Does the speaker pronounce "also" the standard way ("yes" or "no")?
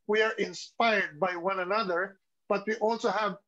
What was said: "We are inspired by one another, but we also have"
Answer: yes